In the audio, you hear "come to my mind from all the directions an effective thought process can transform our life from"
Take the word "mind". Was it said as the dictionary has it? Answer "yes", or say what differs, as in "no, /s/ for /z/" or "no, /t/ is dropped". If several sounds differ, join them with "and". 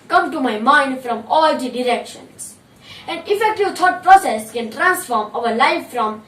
yes